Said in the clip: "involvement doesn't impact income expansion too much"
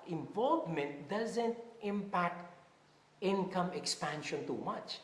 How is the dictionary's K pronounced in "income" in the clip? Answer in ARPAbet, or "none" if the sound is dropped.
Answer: K